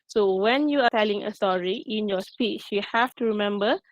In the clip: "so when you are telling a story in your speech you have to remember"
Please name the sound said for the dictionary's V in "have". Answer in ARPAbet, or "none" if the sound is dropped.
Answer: F